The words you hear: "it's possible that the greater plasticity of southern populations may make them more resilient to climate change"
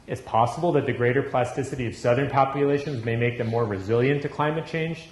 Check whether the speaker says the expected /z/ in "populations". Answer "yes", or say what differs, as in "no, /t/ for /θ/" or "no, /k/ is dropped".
yes